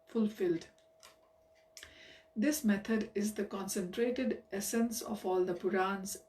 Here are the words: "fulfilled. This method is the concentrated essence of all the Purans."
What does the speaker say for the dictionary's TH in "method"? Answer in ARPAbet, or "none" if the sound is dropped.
T